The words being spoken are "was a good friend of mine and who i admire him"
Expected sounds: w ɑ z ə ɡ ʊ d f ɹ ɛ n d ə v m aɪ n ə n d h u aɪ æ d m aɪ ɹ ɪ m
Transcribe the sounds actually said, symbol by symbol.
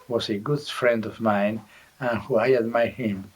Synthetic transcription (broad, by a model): w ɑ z ə ɡ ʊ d f ɹ ɛ n d ə v m aɪ n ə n h u aɪ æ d m aɪ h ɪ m